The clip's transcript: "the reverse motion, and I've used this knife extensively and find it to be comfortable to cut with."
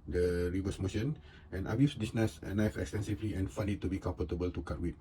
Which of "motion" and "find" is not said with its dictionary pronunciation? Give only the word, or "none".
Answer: find